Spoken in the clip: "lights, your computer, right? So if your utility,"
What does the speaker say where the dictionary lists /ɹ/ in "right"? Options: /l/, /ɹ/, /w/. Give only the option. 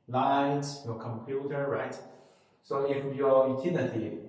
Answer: /ɹ/